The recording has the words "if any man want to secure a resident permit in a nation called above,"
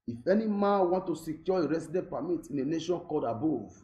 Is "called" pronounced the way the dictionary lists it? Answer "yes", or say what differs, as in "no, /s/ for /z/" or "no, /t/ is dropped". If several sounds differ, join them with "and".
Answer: no, /l/ is dropped